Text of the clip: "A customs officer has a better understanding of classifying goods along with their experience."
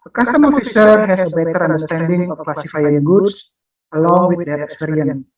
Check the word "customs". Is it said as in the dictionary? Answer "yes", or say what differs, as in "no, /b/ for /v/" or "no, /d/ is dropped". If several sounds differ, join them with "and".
no, /z/ is dropped